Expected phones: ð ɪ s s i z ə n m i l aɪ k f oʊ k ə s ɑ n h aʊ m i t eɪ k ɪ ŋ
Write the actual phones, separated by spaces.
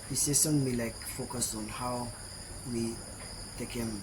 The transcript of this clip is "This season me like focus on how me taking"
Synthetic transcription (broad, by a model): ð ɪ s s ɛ s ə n m i l aɪ k f oʊ k ə s ɑ n h aʊ m i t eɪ k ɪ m